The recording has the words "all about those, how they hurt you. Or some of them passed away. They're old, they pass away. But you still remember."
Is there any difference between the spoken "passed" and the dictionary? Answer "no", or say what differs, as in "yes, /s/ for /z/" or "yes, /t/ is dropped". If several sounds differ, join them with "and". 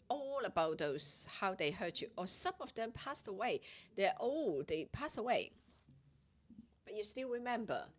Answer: no